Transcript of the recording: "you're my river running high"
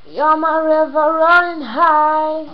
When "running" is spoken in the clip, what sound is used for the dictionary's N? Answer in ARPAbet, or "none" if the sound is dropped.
none